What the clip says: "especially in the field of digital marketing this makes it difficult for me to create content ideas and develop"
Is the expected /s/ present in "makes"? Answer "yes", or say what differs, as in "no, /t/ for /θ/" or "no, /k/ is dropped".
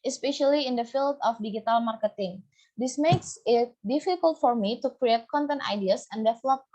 yes